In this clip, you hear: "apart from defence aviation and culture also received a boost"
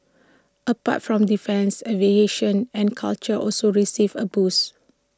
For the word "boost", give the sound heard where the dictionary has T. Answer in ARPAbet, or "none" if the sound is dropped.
none